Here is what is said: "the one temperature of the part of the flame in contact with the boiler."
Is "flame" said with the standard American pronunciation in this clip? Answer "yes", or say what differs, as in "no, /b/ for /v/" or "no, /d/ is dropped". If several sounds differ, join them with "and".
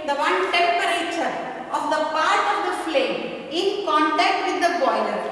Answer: yes